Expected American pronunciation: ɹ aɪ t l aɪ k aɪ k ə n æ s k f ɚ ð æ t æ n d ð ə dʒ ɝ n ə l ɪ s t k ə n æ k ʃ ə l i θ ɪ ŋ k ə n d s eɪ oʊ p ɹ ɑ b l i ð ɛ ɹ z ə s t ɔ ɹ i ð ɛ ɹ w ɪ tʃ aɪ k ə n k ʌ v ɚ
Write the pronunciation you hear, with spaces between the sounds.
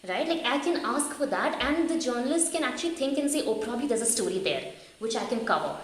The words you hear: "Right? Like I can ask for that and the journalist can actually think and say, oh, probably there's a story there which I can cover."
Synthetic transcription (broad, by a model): ɹ aɪ t l aɪ k aɪ k ə n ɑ s k f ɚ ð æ t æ n d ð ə dʒ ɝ n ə l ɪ s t k ə n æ k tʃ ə l i t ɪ ŋ k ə n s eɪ oʊ p ɹ ɑ b l i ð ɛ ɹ z ə s t ɔ ɹ i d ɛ ɹ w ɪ tʃ aɪ k ə n k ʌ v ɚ